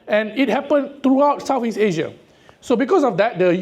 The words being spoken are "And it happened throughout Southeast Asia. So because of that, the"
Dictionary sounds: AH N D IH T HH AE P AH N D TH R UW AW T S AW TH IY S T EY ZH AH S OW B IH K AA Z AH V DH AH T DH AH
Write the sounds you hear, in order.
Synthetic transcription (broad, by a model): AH N IH T HH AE P AH N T R UW AW T S AW F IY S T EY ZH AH S OW B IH K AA S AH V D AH T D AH